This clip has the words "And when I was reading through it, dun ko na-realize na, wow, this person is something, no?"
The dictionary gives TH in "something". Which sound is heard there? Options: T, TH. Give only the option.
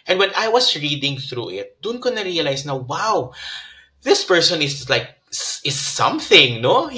TH